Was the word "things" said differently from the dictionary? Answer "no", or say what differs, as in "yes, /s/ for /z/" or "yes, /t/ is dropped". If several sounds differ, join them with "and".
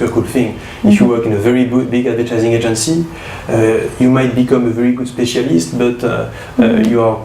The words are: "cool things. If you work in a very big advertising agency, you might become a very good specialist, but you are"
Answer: yes, /z/ is dropped